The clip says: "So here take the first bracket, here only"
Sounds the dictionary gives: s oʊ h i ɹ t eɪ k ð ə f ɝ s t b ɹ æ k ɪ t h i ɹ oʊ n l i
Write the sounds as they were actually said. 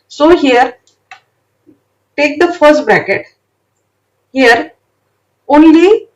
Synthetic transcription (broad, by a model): s oʊ h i ɹ t eɪ k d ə f ɝ s t b ɹ æ k ɪ t h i ɹ oʊ n l i